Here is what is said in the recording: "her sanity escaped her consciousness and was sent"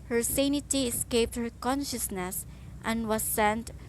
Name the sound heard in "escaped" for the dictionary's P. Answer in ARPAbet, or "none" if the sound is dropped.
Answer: P